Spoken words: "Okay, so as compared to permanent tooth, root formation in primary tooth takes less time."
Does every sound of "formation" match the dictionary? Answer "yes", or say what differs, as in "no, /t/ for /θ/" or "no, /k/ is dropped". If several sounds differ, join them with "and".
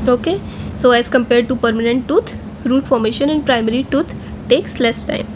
yes